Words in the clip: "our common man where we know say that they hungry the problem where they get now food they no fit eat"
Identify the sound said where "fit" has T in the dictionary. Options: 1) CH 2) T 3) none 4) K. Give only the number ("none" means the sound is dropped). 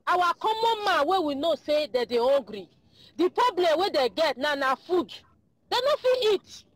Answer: 3